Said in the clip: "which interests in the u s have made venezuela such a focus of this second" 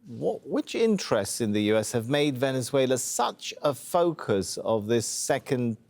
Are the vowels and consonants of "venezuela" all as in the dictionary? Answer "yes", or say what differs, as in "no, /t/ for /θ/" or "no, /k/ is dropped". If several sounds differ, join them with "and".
yes